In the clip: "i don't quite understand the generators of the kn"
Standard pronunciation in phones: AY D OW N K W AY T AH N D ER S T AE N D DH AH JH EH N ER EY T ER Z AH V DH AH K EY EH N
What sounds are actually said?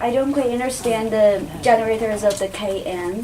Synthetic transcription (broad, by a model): AY D OW N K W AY AH N D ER S T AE N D DH AH JH EH N ER EY T ER Z AH V DH AH K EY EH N